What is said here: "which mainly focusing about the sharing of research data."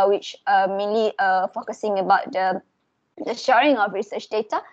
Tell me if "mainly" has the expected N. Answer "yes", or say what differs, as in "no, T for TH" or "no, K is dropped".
no, N is dropped